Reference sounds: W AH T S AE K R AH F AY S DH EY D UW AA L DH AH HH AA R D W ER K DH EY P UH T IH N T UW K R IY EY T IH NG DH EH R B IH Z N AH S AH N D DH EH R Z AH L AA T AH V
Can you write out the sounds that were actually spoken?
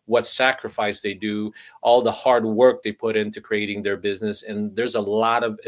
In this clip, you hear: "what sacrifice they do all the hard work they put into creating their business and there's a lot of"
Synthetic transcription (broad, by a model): W AH T S AE K R AH F AY S DH EY D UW AA L DH AH HH AA R D W ER K DH EY P UH T IH N T UW K R IY EY T IH NG DH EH R B IH Z N AH S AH N DH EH R Z AH L AA T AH V